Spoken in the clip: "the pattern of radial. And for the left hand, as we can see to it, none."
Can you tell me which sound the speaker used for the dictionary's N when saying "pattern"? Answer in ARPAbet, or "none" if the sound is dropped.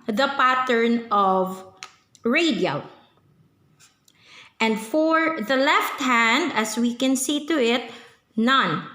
N